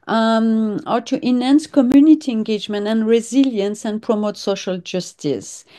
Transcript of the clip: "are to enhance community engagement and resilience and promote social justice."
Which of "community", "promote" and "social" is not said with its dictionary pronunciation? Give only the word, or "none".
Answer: none